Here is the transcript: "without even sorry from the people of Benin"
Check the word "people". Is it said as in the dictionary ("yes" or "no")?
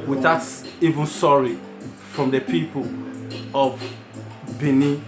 yes